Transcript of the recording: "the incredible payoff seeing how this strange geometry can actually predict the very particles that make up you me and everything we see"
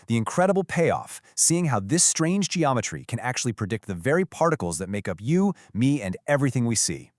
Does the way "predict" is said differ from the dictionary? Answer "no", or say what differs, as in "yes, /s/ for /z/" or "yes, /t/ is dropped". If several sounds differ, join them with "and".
no